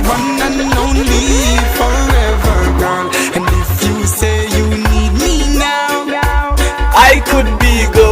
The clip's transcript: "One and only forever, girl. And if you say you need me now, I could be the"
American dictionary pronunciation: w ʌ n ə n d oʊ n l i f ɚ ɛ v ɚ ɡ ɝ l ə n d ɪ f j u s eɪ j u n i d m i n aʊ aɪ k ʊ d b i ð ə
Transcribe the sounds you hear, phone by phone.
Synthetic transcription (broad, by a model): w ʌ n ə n oʊ n l i f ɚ ɛ v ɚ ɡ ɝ n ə n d ɪ f j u s eɪ j u n i d m i n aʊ aɪ k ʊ d b i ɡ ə